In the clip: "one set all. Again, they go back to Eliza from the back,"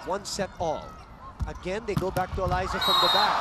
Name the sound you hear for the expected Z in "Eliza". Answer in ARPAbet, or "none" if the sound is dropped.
Z